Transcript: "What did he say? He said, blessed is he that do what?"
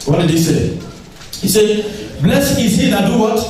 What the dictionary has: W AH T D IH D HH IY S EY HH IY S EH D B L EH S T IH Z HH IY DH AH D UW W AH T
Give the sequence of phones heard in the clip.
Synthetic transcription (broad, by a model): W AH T D IH D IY S EY HH IY S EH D B L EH S IH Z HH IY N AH D UW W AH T